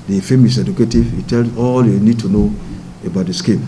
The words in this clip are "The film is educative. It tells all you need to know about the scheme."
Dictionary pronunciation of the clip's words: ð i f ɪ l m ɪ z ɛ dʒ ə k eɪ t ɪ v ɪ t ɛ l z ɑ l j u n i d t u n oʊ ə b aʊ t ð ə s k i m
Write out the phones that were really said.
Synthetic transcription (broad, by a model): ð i f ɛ m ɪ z ɛ dʒ ə k eɪ t ɪ v ɪ t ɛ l s ɑ l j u n i d t u n oʊ ə b aʊ t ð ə s k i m